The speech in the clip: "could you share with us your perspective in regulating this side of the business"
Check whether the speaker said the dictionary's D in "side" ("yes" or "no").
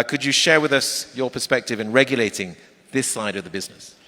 yes